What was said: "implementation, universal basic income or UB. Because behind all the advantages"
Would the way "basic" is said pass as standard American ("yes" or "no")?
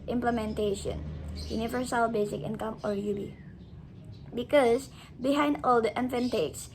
yes